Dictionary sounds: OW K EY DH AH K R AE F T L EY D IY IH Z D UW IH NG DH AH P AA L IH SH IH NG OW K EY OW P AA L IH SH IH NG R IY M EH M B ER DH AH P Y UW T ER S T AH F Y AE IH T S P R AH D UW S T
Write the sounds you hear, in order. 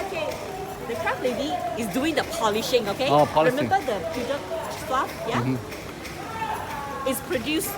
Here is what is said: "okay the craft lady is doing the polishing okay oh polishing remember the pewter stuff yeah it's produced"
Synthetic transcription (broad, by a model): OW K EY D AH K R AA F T L EY D IY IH S D UW IH NG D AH P AA L IH SH IH NG OW K EY OW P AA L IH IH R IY M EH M B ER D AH F Y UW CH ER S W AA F Y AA IH T S P R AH D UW S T